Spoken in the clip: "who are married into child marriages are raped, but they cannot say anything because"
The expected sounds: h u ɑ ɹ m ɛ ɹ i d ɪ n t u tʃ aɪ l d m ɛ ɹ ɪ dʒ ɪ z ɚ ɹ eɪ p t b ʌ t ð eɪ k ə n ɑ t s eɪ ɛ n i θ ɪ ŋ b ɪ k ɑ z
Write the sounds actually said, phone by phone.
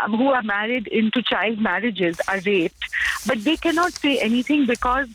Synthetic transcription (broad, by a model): h u ɑ ɹ m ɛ ɹ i d ɪ n t u tʃ aɪ l d m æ ɹ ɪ dʒ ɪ z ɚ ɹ eɪ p t b ʌ t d eɪ k ə n ɑ t s eɪ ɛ n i t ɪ ŋ b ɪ k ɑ z